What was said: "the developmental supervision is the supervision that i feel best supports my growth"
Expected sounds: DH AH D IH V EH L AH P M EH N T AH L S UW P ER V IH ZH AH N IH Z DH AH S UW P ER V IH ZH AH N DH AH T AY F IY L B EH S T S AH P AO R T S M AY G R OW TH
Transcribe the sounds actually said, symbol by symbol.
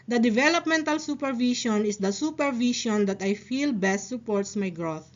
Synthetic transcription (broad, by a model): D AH D IH V EH L AH P M EH N T AH L S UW P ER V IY SH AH N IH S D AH S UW P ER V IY SH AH N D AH T AY F IY L B EH S T S AH P AO R T S M AY G R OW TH